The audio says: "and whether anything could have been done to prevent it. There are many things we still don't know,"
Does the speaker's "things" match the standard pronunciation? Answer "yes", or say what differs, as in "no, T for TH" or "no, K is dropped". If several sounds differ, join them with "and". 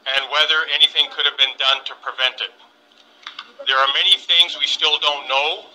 yes